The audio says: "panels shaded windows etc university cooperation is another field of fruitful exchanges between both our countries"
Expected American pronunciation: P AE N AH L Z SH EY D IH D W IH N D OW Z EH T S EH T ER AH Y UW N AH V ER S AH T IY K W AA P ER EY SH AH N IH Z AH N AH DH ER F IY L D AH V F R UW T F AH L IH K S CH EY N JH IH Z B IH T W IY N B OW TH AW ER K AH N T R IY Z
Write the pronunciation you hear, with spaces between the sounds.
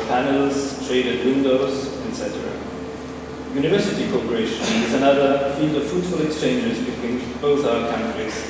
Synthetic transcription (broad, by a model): P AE N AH L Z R EY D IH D W IH N D OW Z EH T S EH T ER AH Y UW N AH V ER S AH T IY K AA P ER EY SH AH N IH Z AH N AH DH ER F IY L D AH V F R UW T F AH L IH K S CH EY N JH IH Z B IH T W IY N B OW TH AW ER K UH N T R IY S